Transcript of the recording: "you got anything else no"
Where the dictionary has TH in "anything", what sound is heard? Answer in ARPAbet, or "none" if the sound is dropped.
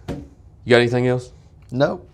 TH